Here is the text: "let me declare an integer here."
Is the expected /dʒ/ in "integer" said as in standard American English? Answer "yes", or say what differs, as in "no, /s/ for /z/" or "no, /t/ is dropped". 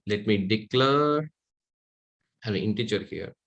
no, /tʃ/ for /dʒ/